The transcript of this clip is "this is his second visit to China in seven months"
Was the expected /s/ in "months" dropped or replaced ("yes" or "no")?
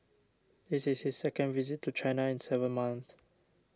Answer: yes